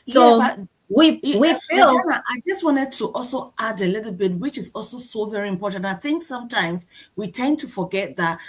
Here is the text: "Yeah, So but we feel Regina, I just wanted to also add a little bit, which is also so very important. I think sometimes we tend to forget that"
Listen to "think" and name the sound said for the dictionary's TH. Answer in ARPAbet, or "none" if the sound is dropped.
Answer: TH